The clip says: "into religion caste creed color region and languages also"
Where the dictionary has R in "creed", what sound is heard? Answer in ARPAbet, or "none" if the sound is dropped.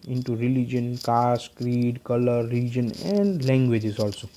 R